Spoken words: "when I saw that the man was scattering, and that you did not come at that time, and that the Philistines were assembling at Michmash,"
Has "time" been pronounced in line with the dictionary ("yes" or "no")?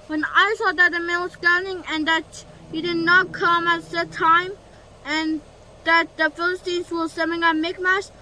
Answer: yes